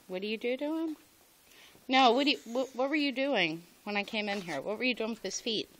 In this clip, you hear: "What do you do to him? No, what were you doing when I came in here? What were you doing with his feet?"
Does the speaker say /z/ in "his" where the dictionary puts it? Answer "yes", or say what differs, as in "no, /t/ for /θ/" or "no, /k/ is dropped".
no, /s/ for /z/